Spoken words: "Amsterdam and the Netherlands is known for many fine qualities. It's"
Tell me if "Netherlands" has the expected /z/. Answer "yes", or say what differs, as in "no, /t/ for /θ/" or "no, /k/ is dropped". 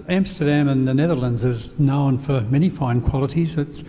yes